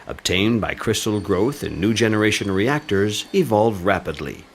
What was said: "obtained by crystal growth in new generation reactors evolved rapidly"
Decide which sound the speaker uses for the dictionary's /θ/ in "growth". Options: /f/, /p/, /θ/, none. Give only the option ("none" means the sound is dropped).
/θ/